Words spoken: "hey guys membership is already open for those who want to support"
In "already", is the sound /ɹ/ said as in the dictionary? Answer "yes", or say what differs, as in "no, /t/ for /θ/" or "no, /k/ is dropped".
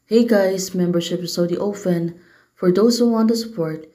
no, /ɹ/ is dropped